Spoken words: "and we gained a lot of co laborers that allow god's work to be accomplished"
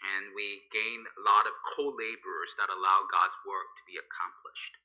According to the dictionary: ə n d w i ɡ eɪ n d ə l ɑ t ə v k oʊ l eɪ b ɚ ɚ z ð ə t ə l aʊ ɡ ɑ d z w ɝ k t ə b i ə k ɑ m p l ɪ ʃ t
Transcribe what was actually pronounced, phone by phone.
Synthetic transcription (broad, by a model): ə n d w i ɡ eɪ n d ə l ɑ t ə v k oʊ l eɪ b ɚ ɚ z ð ə t ə l aʊ ɡ ɑ d z w ɝ k t ə b i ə k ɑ m p l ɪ ʃ t